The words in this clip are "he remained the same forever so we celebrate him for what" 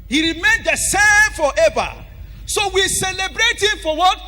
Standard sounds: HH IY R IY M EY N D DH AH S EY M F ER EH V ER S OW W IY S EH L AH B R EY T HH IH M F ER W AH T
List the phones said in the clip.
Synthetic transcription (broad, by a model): HH IY R IY M EY N D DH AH S EY M F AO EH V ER S OW W IY S EH L AH B R EY T HH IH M F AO W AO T